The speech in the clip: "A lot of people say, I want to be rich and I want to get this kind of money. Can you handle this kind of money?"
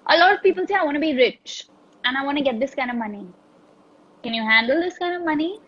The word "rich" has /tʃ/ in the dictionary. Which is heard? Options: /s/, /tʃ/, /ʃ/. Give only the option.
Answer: /tʃ/